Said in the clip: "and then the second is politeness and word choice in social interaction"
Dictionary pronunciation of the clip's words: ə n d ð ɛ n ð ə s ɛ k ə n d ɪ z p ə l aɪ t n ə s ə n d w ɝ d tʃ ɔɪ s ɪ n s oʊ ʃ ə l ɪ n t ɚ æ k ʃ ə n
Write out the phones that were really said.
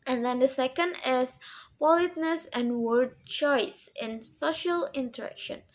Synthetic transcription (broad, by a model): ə n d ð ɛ n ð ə s ɛ k ə n d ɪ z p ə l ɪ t n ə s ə n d w ɝ d tʃ ɔɪ s ɪ n s oʊ ʃ ə l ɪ n t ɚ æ k ʃ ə n